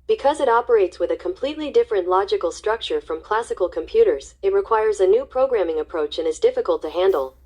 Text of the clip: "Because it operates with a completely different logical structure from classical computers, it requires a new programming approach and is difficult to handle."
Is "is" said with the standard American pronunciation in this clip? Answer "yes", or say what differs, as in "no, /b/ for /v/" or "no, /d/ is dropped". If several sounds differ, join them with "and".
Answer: yes